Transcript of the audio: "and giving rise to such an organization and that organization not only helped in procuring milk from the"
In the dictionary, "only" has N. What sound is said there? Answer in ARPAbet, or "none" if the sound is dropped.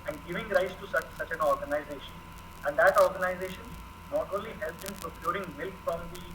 none